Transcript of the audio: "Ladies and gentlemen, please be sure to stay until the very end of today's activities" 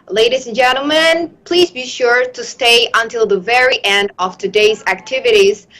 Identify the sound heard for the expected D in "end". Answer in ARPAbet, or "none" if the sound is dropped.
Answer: D